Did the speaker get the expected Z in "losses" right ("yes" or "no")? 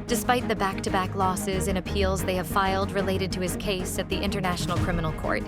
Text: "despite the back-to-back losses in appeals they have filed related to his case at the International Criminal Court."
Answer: yes